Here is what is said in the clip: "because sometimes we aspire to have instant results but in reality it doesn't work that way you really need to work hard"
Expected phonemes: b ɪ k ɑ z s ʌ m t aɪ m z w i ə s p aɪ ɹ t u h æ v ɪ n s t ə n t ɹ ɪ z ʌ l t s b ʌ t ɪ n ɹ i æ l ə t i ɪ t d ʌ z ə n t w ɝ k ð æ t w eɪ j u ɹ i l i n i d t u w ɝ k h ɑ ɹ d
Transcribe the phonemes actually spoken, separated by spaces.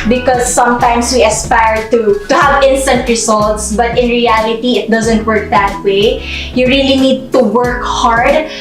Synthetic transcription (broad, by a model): b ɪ k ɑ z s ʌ m t aɪ m s w i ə s p aɪ ɹ t u h æ v ɪ n s t ə n t ɹ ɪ s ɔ l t s b ʌ t ɪ n ɹ i æ l ə t i ɪ t d ʌ z ə n t w ɝ k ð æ t w eɪ j u ɹ i l i n i d t u w ɝ k h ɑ ɹ d